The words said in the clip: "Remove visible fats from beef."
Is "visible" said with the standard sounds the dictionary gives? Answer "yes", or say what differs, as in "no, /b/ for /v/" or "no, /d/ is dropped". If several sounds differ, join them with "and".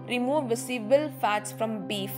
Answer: no, /s/ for /z/